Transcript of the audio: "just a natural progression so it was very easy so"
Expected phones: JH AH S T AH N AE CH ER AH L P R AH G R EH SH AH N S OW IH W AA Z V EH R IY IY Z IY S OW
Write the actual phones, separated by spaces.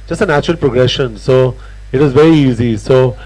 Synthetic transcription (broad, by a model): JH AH S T AH N AE CH ER AH L P R AH G R EH SH AH N S OW IH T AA Z V EH R IY IY Z IY S OW